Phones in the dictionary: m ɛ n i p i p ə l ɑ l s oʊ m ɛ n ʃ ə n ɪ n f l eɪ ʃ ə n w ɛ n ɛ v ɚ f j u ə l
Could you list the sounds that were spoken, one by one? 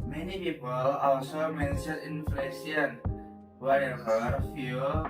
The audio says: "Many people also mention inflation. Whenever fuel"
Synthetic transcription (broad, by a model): m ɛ n i p i p ə l ɑ l s oʊ m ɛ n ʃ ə l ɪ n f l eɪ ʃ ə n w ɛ ɛ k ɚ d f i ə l